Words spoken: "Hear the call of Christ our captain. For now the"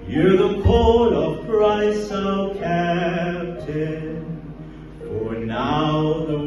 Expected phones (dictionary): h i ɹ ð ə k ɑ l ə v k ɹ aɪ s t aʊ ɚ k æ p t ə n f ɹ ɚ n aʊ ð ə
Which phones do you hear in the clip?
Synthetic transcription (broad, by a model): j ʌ ɹ ð ə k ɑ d ə v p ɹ aɪ s ɔ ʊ k æ p t ə n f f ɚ n aʊ ð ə